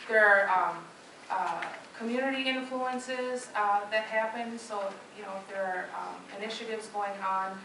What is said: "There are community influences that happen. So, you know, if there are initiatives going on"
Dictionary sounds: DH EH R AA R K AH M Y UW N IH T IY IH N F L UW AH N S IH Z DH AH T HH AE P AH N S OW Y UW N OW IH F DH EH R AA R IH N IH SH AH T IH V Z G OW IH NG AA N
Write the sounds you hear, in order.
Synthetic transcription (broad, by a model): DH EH R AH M K AH M Y UW N IH T IY IH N F L UW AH N S IH Z DH AH T HH AE P AH N S OW Y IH N OW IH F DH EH R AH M IH N IH SH AH T IH V Z G OW IH NG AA N